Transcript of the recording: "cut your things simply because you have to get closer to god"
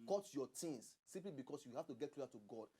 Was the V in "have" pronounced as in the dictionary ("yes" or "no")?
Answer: no